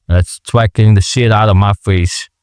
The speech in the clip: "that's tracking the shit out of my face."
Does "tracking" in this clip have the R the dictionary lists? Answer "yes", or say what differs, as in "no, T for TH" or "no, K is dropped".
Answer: no, W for R